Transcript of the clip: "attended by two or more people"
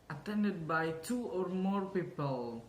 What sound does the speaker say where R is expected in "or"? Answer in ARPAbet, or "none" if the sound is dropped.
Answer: R